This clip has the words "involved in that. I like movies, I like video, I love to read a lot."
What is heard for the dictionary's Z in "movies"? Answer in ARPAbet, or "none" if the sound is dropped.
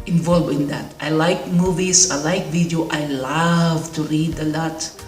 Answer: S